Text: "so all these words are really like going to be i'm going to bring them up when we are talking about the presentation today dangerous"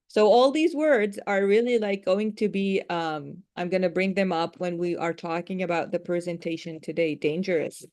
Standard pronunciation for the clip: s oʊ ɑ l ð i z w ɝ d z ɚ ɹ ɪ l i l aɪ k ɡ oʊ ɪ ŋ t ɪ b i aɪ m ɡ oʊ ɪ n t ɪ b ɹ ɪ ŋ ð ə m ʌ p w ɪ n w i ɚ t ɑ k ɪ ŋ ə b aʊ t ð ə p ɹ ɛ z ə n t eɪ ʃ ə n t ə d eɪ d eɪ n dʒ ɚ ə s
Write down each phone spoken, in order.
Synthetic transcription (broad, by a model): s oʊ ɑ l ð i z w ɝ d z ɚ ɹ ɪ l i l aɪ k ɡ oʊ ɪ ŋ t ɪ b i aɪ m ɡ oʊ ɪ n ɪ b ɹ ɪ ŋ ð ə m ʌ p w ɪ n w i ɚ t ɑ k ɪ ŋ ə b aʊ t ð ə p ɹ ɛ z ə n t eɪ ʃ ə n t ə d eɪ d eɪ n dʒ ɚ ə s